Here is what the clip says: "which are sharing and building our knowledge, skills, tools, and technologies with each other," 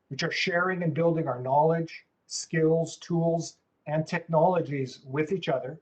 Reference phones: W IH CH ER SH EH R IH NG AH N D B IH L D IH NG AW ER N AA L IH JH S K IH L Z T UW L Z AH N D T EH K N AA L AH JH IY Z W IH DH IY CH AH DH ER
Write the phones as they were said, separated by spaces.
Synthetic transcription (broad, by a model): W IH CH ER SH EH R IH NG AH N B IH L D IH NG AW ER N AA L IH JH S K IH L Z T UW L Z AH N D T EH K N AA L AH JH IY Z W IH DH IY CH AH DH ER